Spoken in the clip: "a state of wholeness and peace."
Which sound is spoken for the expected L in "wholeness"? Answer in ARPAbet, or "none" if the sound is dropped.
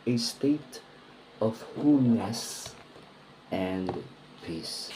none